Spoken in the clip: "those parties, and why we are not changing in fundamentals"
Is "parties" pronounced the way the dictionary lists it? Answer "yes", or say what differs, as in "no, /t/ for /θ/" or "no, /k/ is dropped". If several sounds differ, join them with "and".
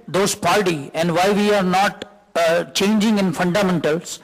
no, /z/ is dropped